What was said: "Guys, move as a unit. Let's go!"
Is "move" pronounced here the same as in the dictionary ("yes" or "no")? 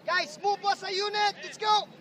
no